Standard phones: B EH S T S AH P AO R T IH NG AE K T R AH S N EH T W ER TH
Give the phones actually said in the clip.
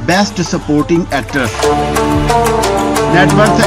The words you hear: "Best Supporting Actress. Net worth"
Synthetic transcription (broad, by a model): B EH S T S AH P AO R T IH NG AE K T AH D N EH T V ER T